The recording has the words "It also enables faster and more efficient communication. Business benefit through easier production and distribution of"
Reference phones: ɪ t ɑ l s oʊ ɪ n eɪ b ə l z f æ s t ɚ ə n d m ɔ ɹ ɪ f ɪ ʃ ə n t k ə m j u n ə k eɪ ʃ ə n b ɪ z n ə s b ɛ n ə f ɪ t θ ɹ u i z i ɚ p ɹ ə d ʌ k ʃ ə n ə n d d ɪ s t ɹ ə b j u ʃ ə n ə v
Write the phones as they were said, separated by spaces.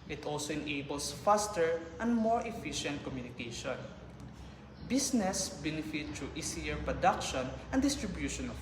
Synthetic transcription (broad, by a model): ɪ t ɑ l s oʊ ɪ n eɪ b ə l s f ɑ s t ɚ ə n d m ɔ ɹ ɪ f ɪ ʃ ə n t k ə m j u n ə k eɪ ʃ ə n b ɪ s n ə s b ɛ n ə f ɪ t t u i s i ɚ p ɹ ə d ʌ k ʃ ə n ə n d d ɪ s t ɹ ə b j u ʃ ə n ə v